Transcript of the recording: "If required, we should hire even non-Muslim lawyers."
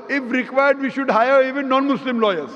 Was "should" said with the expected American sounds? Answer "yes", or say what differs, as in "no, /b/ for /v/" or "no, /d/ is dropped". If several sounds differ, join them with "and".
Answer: yes